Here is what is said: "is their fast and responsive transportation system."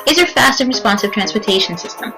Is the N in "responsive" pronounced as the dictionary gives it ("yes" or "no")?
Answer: yes